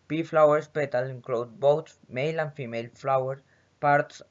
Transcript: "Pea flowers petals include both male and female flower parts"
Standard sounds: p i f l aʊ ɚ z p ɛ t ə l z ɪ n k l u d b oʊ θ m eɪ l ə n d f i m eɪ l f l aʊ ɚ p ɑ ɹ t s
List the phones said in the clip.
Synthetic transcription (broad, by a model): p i f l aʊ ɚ s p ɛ t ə l ɪ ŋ k l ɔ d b oʊ s m eɪ l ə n f i m eɪ l f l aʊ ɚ p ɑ ɹ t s